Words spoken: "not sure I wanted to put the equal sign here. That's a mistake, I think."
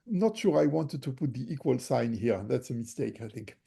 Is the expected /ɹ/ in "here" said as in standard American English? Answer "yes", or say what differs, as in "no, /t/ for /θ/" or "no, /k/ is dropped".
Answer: yes